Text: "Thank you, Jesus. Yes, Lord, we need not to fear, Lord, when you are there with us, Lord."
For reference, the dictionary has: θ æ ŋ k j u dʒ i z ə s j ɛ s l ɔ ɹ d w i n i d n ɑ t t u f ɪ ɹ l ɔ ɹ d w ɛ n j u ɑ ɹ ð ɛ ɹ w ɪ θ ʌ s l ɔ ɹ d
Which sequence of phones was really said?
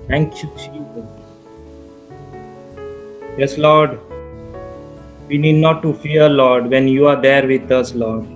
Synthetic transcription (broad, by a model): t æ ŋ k j u tʃ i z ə j ɛ s l ɔ ɹ d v i n i d n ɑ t t u f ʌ ɹ l ɔ ɹ d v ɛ n j u ɑ ɹ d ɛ ɹ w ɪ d ʌ s l ɔ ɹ d